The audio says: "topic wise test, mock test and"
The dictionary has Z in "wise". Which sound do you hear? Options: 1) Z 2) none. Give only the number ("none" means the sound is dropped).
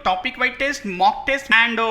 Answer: 2